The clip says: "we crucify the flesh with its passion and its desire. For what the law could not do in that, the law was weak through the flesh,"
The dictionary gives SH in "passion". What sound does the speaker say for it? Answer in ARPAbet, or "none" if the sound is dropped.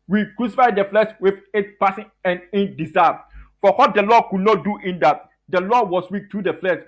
S